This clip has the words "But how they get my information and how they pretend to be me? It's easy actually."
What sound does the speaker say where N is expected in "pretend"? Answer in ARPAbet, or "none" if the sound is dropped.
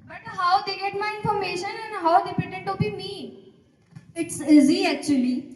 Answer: none